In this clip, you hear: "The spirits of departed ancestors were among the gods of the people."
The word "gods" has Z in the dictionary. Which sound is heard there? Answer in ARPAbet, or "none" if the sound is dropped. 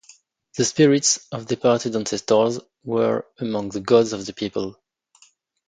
Z